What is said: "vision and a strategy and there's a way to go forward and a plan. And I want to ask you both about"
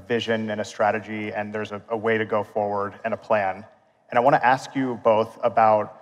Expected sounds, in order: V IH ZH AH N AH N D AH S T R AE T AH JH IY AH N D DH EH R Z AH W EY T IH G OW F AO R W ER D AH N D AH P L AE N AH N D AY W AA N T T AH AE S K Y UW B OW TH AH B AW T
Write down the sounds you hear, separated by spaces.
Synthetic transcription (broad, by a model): V IH ZH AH N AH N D AH S T R AE T AH JH IY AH N DH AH R Z AH W EY T IH G OW F AO R W ER D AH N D AH P L AE N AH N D AY W AA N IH T AE S K Y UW B OW TH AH B AW T